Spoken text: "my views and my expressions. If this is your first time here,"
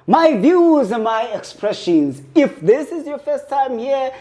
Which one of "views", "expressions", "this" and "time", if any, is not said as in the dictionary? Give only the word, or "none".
none